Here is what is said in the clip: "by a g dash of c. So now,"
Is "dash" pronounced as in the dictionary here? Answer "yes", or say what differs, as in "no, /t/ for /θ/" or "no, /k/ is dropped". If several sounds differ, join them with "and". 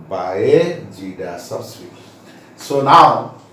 no, /s/ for /ʃ/